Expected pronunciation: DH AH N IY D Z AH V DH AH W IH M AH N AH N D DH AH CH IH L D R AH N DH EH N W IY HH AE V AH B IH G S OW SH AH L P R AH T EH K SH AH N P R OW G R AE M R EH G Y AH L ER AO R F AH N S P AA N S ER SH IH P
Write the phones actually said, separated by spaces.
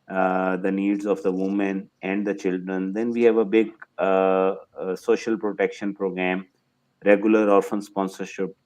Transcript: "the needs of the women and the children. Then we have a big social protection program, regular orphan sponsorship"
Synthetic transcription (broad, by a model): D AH N IY D Z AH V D AH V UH M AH N AH N D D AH CH IH L D R AH N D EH N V IY HH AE V AH B IH G S OW SH AH L P R AH T EH K SH AH N P R OW G R AE M R EH G Y AH L ER AO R F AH N S P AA N S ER SH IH P